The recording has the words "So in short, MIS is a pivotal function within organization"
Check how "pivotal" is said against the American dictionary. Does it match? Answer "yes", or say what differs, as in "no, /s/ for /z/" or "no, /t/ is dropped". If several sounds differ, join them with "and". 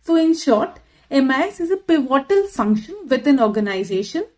yes